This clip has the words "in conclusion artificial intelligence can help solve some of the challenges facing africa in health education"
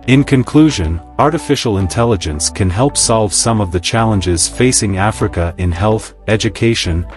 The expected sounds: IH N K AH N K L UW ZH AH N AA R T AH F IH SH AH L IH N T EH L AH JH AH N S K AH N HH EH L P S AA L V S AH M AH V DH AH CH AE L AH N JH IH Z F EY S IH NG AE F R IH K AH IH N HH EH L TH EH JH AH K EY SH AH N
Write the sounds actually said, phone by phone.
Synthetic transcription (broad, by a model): IH N K AH N K L UW ZH AH N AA R T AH F IH SH L IH N T EH L AH JH AH N S K AH N HH EH L P S AA L V S AH M AH V DH AH CH AE L AH N JH IH Z F EY S IH NG AE F R IH K AH IH N HH EH L TH EH JH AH K EY SH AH N